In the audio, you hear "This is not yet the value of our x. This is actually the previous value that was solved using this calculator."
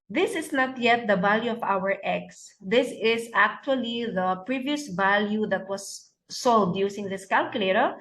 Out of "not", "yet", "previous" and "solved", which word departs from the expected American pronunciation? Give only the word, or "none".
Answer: solved